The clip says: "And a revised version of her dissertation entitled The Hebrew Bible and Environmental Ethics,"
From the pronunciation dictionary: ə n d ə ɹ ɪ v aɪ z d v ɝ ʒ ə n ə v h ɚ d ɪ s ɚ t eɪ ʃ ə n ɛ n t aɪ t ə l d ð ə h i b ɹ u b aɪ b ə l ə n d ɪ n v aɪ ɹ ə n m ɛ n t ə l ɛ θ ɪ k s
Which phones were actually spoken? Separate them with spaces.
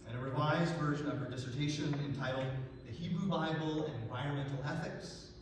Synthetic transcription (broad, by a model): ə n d ə ɹ ɪ v aɪ z d v ɝ ʒ ə n ə v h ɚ d ɪ s ɚ t eɪ ʃ ə n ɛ n t aɪ t l d ð ə h i b ɹ u b aɪ b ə l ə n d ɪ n v aɪ ɹ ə n m ɛ n t l ɛ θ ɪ k s